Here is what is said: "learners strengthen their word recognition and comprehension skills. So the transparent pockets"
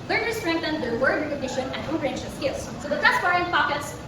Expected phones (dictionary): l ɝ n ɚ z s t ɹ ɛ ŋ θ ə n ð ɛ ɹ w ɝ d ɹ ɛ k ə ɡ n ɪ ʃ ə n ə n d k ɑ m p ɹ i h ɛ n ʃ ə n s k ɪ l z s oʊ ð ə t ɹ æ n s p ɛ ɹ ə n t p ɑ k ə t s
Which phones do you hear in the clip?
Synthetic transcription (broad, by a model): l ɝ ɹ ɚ s t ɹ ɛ ŋ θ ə n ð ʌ w ɝ d ɹ ɛ k ə ɡ n ɪ ʃ ə n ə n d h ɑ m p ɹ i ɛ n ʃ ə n s k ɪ l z s oʊ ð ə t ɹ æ s ɛ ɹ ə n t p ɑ k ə t s